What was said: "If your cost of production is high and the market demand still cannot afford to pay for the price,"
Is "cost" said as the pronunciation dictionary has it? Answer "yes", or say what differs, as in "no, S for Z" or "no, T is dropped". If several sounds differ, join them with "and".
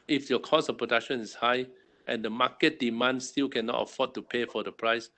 no, T is dropped